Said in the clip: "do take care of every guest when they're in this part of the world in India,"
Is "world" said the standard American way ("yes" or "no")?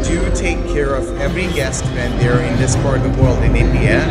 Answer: yes